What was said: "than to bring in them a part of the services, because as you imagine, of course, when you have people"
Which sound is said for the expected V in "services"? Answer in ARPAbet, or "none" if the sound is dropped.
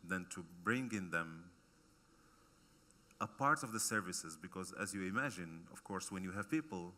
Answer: V